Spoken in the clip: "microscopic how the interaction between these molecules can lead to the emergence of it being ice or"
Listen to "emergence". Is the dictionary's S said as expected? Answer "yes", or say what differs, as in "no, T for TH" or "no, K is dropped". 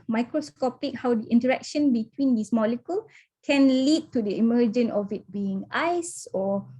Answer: no, S is dropped